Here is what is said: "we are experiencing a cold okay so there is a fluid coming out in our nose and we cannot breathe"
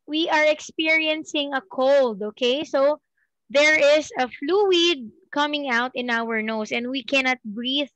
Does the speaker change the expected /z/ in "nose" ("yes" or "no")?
yes